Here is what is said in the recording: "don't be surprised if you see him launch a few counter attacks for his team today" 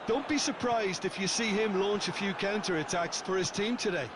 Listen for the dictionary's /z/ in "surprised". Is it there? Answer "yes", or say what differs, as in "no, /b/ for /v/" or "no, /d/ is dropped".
yes